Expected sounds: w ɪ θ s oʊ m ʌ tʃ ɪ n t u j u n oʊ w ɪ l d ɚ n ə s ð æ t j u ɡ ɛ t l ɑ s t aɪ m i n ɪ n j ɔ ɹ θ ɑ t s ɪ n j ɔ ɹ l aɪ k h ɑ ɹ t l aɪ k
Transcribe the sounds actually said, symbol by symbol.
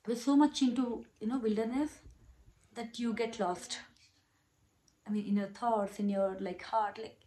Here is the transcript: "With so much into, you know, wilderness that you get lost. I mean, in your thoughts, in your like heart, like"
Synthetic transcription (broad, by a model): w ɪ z s oʊ m ʌ tʃ ɪ n t u j u n oʊ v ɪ l d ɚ n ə s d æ t j u ɡ ɛ t l ɑ s t aɪ m i n ɪ n j ɔ ɹ t ɑ t s ɪ n j ɔ ɹ l aɪ k h ɑ ɹ t l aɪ k